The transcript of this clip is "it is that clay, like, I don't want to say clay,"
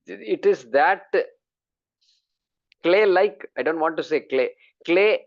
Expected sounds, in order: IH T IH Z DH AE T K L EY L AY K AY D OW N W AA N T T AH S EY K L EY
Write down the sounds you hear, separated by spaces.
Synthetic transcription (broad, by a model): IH T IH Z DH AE T K L EY L AY K AY D OW N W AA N T S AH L EY K L EY